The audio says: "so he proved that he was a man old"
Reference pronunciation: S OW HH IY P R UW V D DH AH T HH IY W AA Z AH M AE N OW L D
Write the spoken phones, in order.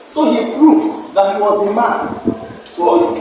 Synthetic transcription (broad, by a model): S OW HH IY P R UW V D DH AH T HH IY W AA Z AH M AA N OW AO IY